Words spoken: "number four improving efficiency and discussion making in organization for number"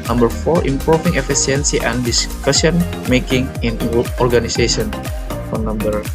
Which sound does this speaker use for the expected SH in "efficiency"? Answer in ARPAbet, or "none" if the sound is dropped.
S